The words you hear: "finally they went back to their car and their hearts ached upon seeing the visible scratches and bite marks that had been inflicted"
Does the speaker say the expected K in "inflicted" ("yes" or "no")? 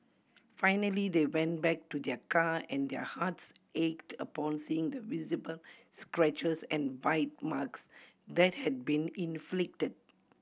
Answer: yes